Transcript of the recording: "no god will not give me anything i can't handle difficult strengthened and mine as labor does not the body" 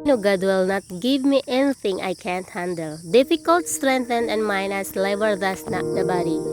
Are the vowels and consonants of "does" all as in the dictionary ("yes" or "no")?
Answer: no